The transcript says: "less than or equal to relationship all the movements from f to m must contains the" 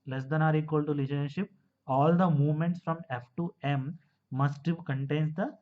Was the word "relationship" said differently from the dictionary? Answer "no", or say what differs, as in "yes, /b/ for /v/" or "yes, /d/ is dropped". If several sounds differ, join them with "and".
yes, /l/ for /ɹ/